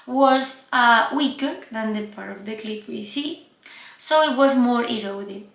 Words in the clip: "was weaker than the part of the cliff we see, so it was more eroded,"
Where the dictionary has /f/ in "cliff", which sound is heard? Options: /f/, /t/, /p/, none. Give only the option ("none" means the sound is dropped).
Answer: /p/